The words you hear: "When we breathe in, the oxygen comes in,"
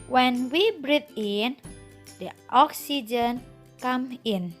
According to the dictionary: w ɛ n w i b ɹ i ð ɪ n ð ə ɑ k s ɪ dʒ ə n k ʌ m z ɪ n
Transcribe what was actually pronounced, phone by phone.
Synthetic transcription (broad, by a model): w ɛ n w i b ɹ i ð ɪ n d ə ɑ k s ɪ dʒ ə n k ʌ m ɪ n